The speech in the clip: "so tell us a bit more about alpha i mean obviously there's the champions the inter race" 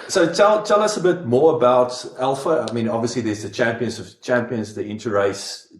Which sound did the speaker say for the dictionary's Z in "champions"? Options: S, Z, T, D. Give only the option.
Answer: Z